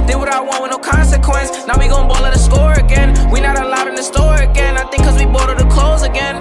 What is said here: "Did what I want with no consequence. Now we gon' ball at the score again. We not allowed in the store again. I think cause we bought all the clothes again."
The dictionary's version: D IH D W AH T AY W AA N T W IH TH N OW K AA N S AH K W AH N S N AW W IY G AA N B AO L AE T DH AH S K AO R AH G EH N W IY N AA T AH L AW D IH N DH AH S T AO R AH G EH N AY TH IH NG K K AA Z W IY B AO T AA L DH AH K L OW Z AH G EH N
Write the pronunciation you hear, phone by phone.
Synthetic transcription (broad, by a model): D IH W AH T AY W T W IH N OW K AA N S AH K W AH N S N AW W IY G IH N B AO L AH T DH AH S K AO R AH G EH N W IY N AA T AH L AW D IH N DH AH S T AO R AH G EH N AY TH IH NG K K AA Z W IY B AO T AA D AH K L OW Z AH G EH N